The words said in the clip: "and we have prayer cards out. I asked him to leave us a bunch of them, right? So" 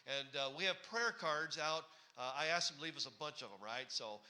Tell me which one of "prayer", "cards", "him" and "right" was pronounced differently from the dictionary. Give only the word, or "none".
none